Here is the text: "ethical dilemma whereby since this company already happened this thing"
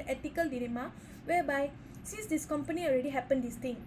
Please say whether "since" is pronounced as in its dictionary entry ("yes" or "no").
no